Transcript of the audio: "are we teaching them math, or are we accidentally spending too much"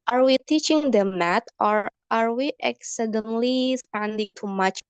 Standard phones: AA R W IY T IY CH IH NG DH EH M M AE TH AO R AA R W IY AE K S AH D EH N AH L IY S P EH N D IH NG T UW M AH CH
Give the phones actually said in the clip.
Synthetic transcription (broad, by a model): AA R W IY T IY CH IH NG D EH M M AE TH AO R AA R W IY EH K S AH D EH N L IY S P EH N D IH NG T UW M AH CH